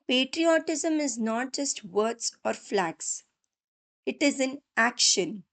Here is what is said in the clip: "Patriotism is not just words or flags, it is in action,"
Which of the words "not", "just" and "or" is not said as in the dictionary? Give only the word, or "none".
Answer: none